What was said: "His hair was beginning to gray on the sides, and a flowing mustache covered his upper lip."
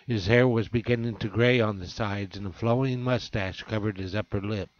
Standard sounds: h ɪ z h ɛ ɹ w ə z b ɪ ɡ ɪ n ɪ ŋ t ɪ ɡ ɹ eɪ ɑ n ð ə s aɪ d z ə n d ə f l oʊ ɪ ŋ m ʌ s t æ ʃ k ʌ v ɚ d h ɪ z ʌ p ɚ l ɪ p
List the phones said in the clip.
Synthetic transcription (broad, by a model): h ɪ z h ɛ ɹ w ə z b ɪ ɡ ɪ n ɪ ŋ t ɪ ɡ ɹ eɪ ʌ n ð ə s aɪ d z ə n ə f l oʊ ɪ ŋ m ʌ s t æ ʃ k ʌ v ɚ d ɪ z ʌ p ɚ l ɪ p